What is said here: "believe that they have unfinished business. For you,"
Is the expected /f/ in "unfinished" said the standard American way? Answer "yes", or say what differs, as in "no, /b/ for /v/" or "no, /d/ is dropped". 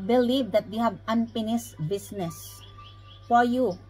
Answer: no, /p/ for /f/